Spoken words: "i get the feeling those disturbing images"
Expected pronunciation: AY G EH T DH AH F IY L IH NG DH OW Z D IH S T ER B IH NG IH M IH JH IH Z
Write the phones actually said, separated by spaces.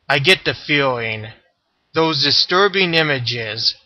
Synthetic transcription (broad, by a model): AY G EH T DH AH F IY L IH NG DH OW Z D IH S T ER B IH NG IH M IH JH IH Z